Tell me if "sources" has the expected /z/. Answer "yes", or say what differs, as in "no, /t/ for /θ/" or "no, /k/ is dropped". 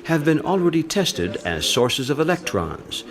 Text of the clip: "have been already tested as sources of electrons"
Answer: yes